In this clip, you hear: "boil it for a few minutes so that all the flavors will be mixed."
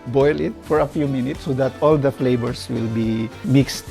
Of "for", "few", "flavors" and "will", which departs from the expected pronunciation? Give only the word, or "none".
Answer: flavors